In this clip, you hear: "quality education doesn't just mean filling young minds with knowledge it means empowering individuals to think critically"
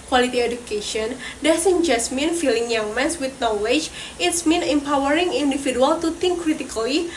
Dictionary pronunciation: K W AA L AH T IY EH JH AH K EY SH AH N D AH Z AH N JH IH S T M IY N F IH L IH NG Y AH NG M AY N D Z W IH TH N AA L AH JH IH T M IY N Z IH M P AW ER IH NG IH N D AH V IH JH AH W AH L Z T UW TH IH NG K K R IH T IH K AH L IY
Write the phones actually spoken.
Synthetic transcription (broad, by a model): K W AA L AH T IY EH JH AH K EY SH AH N D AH S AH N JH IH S M IY N F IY L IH NG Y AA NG M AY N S W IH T N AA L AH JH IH T M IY N IH M P AW ER IH NG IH N D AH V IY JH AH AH L T UW T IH NG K K R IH T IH K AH L IY